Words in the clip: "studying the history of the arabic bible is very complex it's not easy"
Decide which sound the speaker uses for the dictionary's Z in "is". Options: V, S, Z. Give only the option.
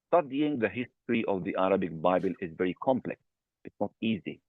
Z